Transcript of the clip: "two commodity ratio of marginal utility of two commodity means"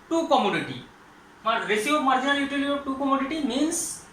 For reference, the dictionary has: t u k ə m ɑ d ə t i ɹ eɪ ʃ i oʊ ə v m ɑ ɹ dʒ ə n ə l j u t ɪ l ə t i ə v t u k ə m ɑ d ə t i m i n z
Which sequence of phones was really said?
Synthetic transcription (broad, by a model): t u k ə m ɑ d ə t i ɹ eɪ s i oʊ m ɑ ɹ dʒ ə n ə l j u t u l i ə t u k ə m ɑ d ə t i m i n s